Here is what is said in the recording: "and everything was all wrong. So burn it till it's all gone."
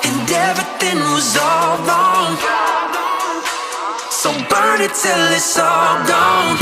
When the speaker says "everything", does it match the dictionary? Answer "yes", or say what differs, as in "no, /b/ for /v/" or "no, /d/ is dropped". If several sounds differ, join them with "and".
no, /ɹ/ is dropped